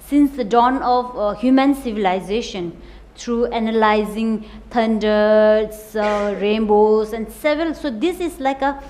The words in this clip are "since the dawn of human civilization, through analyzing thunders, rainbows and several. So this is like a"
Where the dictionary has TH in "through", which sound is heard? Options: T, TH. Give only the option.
T